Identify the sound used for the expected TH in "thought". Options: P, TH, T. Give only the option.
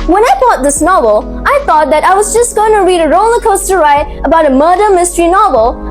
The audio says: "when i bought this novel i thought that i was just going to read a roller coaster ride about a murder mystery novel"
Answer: TH